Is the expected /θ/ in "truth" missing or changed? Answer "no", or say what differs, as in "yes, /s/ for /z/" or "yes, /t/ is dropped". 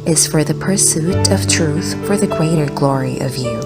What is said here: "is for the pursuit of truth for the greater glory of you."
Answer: no